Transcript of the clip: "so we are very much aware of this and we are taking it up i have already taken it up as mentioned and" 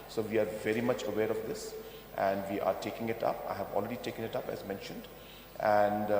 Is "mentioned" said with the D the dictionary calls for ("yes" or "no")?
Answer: yes